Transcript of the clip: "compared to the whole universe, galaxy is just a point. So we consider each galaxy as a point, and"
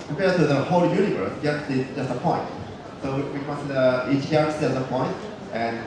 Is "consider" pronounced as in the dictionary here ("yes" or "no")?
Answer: no